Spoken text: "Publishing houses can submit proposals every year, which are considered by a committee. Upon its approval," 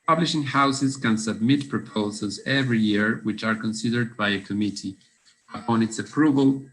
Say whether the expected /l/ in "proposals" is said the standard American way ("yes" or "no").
yes